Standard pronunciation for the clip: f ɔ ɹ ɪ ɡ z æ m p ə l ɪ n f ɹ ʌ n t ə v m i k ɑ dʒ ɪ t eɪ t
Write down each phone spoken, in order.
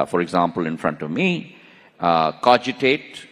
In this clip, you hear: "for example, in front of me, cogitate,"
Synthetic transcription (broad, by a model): f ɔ ɹ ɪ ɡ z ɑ m p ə l ɪ n f ɹ ʌ n t ə v m i k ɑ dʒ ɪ t eɪ t